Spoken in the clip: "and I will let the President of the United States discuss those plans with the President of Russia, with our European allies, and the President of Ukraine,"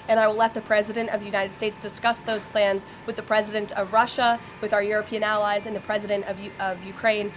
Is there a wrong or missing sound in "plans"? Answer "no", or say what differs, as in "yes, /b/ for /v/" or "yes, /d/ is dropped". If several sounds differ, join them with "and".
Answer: no